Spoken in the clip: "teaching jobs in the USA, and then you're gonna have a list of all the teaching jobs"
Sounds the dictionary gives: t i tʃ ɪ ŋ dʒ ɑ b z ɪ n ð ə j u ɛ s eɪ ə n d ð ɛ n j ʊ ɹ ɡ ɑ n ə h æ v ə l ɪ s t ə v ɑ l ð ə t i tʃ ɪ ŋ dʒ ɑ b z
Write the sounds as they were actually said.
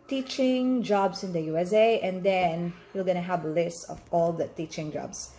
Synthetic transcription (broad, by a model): t i tʃ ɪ ŋ dʒ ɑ b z ɪ n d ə j u ɛ s eɪ ə n d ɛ n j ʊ l ɡ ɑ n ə h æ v ə l ɪ s t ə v ɑ l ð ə t i tʃ ɪ ŋ dʒ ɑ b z